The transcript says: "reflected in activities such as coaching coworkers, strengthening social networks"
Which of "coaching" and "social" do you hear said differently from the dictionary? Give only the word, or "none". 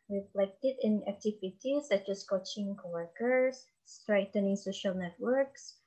none